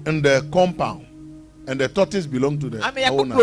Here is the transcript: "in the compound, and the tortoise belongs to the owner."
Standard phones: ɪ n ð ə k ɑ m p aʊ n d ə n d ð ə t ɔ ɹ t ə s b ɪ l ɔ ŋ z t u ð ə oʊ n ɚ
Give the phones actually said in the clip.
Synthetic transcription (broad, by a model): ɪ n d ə k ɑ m p aʊ n ə n d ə t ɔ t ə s b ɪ l ɔ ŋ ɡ t u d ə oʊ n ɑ